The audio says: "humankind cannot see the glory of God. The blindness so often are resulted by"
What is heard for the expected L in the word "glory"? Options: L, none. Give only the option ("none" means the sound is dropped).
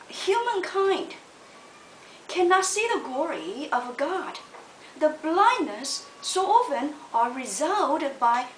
L